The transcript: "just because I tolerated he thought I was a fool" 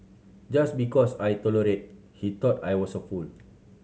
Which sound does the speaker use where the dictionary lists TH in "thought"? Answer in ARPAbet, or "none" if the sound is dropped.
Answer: T